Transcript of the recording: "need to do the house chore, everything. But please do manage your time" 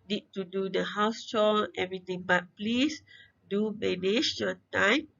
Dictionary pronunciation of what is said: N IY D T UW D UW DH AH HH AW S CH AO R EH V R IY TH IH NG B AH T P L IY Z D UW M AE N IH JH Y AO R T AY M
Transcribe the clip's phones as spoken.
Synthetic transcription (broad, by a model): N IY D T UW D UW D AH HH AW S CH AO L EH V R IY T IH NG B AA T P L IY S D UW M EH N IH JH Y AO T AY M